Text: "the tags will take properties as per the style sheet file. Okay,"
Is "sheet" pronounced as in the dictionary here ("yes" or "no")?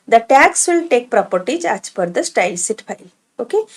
no